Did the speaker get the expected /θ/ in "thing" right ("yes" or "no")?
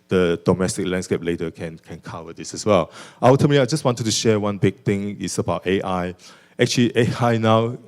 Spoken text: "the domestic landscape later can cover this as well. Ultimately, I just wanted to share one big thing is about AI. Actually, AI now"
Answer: no